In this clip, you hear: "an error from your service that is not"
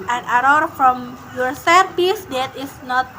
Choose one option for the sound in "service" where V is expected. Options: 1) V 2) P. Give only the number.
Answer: 2